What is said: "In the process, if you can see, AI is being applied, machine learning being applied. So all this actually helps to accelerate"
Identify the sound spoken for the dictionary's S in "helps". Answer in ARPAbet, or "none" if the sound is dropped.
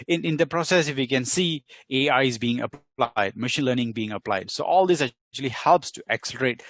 S